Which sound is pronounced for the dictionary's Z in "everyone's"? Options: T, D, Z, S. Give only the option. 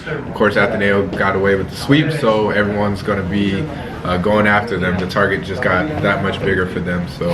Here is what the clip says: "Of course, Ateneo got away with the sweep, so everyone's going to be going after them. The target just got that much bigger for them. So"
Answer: Z